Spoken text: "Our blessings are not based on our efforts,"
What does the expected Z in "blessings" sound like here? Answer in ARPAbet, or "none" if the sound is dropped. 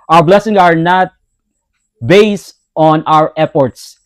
S